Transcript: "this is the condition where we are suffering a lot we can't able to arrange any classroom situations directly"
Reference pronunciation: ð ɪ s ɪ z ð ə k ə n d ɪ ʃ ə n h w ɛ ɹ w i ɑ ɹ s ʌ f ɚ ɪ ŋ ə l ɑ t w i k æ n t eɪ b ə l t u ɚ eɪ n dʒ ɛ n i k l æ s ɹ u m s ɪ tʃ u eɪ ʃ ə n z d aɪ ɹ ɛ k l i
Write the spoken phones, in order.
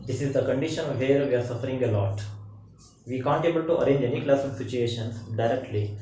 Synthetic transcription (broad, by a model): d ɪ s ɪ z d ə k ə n d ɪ ʃ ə n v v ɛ ɹ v i ɑ ɹ s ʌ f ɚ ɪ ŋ ə l ɑ t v i k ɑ n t eɪ b ə l t u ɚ eɪ n dʒ ɛ n i k l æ s ɔ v s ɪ tʃ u eɪ ʃ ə n s d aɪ ɹ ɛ k l i